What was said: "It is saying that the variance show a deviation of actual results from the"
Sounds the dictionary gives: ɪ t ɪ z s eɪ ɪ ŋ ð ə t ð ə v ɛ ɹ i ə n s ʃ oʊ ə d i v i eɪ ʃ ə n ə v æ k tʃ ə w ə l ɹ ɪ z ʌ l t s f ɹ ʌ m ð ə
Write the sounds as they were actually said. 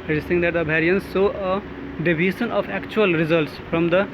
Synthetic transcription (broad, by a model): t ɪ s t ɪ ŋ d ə t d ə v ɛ ɹ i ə n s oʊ ə d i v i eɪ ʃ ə n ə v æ k tʃ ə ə l ɹ ɪ z ʌ l t s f ɹ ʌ m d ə